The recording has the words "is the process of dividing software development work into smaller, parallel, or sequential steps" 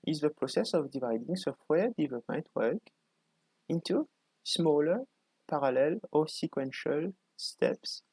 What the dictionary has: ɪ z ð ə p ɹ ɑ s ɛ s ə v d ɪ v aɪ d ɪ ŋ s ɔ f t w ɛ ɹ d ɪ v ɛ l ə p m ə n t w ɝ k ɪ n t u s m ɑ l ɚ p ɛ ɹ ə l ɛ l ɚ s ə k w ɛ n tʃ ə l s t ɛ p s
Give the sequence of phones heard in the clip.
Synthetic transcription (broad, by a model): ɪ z ð ə p ɹ ɑ s ɛ s ə v d ɪ v aɪ d ɪ ŋ s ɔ f t w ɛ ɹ d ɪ v l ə p m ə n t w ɝ k ɪ n t u s m ɑ l ɚ p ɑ ɹ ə l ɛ l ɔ s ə k w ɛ n ʃ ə l s t ɛ p s